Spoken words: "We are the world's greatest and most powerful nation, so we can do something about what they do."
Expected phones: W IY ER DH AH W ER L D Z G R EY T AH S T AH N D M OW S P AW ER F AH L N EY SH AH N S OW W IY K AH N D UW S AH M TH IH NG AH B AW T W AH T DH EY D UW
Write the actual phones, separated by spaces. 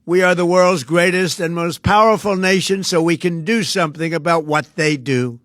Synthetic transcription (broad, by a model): W IY ER DH AH W ER L D Z G R EY T AH S T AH N M OW S P AW ER F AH L N EY SH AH N S OW W IY K AH N D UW S AH M TH IH NG AH B AW T W AH T DH EY D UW